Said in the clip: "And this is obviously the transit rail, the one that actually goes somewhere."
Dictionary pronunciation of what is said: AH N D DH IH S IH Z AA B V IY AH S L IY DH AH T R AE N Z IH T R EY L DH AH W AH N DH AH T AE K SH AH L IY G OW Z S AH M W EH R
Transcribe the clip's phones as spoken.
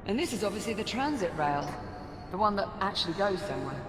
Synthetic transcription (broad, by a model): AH N DH IH S IH Z AA B V IY AH S L IY DH AH T R AE N Z IH T R EY L DH AH W AH N DH AH T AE K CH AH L IY G OW Z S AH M W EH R